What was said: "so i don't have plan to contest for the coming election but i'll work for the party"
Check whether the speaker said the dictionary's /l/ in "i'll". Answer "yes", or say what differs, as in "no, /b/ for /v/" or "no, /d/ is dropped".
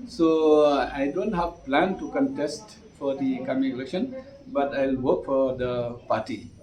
yes